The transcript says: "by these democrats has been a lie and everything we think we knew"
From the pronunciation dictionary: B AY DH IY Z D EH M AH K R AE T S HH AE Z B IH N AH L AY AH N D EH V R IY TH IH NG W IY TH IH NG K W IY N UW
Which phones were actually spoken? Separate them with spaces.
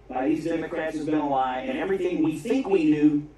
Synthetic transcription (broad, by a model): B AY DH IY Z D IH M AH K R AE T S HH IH Z B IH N AH L AY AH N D EH V R IY TH IH NG W IY TH IH NG K W IY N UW